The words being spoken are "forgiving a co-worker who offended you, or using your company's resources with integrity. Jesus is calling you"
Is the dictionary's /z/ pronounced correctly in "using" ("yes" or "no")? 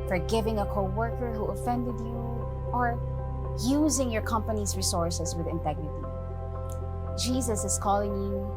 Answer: yes